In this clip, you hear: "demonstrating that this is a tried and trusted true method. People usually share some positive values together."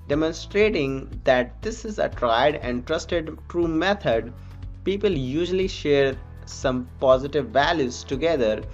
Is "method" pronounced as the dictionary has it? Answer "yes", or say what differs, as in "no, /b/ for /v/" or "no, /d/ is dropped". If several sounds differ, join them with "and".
no, /t/ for /θ/